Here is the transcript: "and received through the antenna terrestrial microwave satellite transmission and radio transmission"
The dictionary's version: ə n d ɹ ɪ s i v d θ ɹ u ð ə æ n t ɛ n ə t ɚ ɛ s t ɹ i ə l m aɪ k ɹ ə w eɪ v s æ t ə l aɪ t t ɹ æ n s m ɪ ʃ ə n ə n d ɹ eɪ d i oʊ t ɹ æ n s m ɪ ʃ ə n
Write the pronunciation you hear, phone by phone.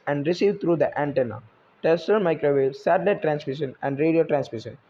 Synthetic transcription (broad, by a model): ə n d ɹ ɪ s i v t ɹ u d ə æ n t ɛ n ə t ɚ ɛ s t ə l m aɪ k ɹ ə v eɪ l s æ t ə ɪ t t ɹ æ n s m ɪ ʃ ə n ə n d ɹ eɪ d i oʊ t ɹ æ n s m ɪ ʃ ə n